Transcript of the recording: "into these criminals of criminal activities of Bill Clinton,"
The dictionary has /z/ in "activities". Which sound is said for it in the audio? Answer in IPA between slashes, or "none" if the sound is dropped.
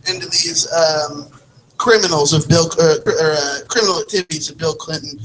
/z/